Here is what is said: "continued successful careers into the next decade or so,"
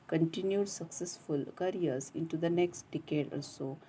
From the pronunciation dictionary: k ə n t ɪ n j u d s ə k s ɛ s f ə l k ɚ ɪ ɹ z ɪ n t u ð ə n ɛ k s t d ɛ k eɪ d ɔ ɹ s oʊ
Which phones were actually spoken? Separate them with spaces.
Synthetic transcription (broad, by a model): k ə n t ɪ n j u d s ə k s ɛ s f ə l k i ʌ ɹ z ɪ n t u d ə n ɛ k s t d ɛ k eɪ d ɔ l s oʊ